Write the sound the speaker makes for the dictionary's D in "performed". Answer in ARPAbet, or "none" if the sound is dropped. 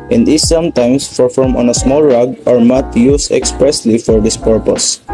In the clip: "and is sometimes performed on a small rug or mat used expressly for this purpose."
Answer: none